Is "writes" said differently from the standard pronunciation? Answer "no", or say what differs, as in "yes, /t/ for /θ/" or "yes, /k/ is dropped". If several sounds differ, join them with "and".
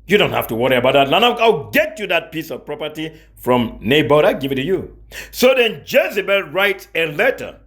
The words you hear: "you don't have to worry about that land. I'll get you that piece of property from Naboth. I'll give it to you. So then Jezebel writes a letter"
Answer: no